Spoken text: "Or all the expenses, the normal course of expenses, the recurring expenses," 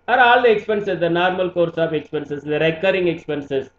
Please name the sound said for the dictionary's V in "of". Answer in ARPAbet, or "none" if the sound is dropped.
P